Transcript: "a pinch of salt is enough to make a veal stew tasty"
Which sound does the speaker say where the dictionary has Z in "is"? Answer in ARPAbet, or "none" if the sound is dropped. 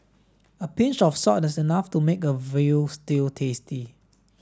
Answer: S